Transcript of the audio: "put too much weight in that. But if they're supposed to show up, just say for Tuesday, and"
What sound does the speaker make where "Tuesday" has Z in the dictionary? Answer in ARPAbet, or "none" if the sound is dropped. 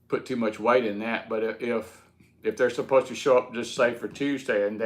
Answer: Z